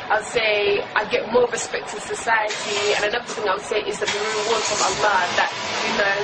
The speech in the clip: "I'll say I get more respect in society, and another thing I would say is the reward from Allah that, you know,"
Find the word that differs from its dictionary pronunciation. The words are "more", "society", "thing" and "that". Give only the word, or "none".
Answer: none